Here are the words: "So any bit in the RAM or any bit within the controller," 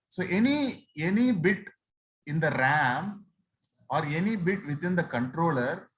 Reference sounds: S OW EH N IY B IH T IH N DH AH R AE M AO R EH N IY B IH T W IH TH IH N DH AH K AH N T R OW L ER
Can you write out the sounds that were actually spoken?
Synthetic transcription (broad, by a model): S OW EH N IY B IH T IH N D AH R AE M AO R EH N IY B IH T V IH T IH N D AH K AH N T R OW L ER